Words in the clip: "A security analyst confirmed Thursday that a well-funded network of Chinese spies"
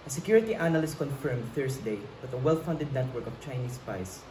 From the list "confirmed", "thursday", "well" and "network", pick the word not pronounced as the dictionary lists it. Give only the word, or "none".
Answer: thursday